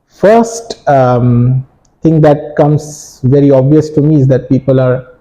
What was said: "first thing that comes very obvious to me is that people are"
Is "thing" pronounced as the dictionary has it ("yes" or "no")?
no